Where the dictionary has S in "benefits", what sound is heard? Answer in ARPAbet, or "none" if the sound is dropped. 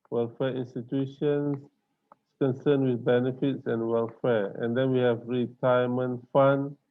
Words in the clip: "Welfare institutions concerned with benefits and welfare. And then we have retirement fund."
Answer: S